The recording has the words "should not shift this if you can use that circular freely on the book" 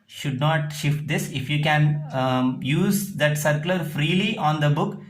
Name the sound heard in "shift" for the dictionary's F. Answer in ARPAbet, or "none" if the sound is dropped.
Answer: F